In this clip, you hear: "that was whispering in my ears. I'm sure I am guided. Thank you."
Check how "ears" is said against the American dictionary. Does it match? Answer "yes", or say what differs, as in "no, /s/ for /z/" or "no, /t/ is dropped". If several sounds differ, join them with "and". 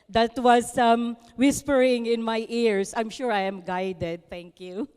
no, /s/ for /z/